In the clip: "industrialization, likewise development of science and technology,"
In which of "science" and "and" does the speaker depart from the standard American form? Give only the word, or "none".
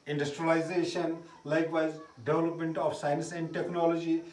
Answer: none